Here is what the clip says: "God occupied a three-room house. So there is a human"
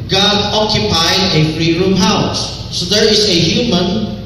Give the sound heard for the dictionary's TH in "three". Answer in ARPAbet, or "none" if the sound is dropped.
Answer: F